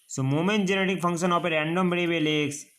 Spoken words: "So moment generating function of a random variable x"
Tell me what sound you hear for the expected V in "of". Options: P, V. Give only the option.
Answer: P